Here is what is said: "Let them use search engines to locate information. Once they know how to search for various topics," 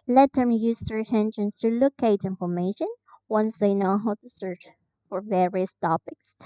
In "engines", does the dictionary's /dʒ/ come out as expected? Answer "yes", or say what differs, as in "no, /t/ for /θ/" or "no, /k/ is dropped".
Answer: no, /ʃ/ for /dʒ/